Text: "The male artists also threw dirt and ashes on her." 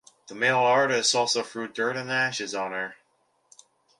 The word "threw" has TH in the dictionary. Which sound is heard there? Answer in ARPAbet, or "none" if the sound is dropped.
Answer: F